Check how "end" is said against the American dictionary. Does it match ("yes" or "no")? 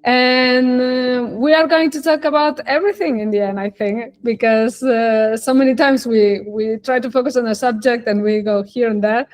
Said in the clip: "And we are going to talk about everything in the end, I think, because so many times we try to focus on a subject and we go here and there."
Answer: no